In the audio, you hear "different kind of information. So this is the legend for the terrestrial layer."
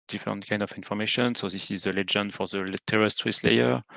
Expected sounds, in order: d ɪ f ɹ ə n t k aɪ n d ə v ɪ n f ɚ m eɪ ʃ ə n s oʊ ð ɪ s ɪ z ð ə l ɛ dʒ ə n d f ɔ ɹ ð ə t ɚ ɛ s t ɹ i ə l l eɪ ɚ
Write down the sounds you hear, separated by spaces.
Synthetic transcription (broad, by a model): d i f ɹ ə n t k aɪ n d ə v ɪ n f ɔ m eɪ ʃ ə n s oʊ ð ɪ s ɪ z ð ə l ɛ dʒ ə n d f ɔ ɹ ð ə t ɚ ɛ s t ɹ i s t l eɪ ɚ